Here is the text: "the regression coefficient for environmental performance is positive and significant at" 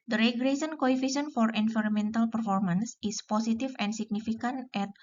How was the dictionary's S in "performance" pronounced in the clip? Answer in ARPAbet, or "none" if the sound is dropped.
S